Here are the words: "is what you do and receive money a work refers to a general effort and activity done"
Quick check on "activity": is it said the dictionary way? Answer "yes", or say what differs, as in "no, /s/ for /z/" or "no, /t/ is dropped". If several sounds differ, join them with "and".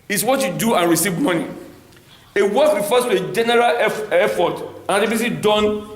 no, /k/ is dropped and /s/ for /t/